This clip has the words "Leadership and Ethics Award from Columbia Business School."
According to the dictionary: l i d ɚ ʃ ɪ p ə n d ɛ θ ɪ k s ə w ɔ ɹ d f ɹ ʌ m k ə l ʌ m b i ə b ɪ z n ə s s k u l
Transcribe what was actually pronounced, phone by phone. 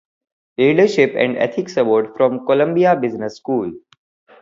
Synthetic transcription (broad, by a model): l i d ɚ ʃ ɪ p ə n d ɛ t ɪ k s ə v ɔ ɹ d f ɹ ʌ m k ə l ʌ m b i ə b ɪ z n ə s s k u l